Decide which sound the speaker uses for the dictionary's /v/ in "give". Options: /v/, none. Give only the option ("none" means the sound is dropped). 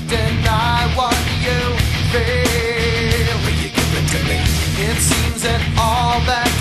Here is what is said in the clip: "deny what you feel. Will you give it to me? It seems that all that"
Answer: none